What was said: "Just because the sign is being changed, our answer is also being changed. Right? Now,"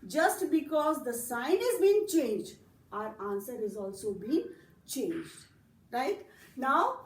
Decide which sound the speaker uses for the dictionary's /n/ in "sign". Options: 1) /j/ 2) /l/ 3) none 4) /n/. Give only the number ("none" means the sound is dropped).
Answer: 4